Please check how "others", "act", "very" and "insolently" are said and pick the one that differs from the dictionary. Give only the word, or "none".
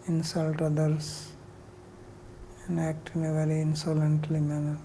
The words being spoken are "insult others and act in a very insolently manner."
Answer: others